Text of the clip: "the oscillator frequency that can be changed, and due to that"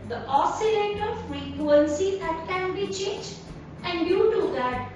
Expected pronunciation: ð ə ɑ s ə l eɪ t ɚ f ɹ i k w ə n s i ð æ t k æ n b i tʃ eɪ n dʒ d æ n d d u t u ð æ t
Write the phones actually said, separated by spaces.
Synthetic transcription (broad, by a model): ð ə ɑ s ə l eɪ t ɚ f ɹ i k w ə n s i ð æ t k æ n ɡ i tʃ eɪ dʒ æ n d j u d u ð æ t